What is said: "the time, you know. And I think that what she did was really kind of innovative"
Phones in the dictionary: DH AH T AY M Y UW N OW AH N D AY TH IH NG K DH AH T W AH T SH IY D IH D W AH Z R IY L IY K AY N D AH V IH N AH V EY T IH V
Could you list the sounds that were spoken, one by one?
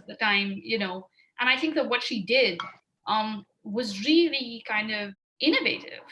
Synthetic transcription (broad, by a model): DH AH T AY M Y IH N OW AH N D AY TH IH NG K DH AH T W AH T SH IY D IH D W AH Z R IY L IY K AY N D AH V IH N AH V EY T IH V